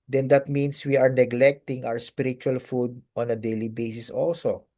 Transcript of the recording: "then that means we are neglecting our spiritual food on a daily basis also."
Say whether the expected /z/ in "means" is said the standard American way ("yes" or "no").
no